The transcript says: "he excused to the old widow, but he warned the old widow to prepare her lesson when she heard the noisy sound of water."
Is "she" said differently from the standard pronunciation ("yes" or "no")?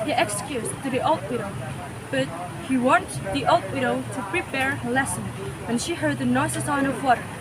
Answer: no